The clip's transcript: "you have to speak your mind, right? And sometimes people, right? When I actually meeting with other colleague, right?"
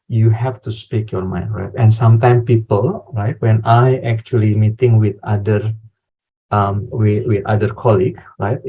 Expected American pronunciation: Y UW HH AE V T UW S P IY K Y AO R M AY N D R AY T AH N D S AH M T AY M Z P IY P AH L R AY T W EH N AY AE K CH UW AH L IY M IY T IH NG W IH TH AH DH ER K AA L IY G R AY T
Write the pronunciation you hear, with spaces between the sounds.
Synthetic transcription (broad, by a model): Y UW HH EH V T UW S P IY K Y AO R M AY N D R AY T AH N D S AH M T AY M P IY P AH L R AY T W EH N AY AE K CH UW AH L IY M IY T IH NG W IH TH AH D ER K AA L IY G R AY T